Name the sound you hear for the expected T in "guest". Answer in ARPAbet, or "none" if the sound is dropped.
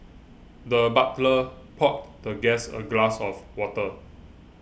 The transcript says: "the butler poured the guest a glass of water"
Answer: none